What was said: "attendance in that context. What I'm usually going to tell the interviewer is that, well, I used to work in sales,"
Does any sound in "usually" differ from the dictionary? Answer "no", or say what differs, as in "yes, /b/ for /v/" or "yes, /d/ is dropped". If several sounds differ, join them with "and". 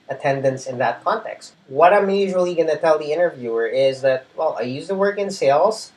no